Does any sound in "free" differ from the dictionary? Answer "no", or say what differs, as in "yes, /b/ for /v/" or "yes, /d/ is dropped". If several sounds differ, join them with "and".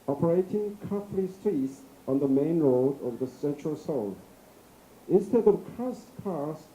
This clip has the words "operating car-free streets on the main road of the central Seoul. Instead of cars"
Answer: yes, /l/ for /ɹ/